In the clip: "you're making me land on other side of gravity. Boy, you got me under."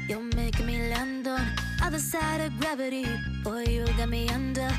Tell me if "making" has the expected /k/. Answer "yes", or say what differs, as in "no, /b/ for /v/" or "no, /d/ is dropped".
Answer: no, /k/ is dropped